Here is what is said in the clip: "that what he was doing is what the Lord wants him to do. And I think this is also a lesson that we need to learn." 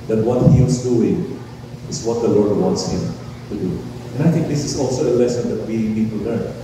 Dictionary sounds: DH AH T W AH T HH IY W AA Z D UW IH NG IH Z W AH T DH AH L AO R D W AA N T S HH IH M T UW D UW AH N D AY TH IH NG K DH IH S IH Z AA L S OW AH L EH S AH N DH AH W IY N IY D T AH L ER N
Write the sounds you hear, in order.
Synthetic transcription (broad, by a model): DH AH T W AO T HH IY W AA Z D UW IH NG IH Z W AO T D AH L AO R D W AA N T S HH IH M T UW D UW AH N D AY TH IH NG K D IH S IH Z AA L S OW AH L EH S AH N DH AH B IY L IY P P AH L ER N